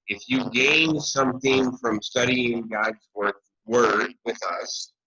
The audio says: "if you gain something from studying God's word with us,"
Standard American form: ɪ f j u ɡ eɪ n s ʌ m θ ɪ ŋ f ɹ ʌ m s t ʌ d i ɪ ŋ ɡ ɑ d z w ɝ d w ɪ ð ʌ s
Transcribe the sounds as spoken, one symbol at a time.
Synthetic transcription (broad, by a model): ɪ f j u ɡ eɪ n s ʌ m θ ɪ ŋ f ɹ ʌ m s t ʌ d i ɪ ŋ ɡ ɑ d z w ɝ d w ɪ ð ʌ s